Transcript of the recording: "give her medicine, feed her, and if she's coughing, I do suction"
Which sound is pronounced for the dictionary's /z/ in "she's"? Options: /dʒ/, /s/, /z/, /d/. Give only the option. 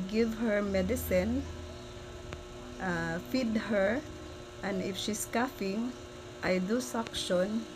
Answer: /s/